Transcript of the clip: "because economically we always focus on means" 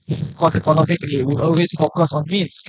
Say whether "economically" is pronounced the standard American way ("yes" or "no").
no